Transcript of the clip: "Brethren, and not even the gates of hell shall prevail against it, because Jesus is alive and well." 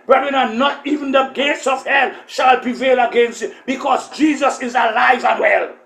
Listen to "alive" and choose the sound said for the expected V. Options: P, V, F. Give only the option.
V